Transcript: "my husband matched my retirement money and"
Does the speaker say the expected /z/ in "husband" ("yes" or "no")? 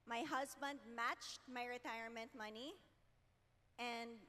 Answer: yes